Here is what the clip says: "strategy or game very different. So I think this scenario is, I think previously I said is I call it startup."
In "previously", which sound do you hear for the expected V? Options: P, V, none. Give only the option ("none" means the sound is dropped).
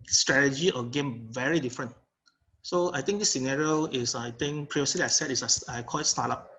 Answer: none